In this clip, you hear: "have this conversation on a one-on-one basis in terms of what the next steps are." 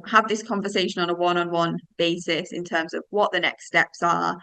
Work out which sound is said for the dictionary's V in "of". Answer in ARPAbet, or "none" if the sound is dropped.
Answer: V